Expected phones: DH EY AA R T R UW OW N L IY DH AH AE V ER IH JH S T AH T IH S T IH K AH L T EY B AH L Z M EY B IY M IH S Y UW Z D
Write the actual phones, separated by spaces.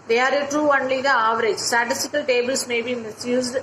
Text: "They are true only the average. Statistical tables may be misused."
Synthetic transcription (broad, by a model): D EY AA R T R UW OW N L IY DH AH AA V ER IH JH S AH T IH S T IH K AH L T EY B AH L S M EY B IY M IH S Y UW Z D